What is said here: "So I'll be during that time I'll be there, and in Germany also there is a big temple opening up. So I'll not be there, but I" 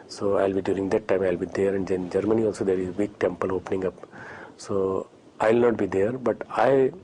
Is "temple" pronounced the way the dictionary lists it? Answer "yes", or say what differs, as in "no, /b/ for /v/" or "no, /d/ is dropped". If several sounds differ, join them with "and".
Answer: yes